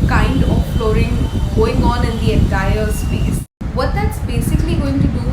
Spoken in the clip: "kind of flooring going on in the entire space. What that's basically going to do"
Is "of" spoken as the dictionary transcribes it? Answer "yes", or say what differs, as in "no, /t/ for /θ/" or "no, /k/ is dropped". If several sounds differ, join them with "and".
no, /p/ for /v/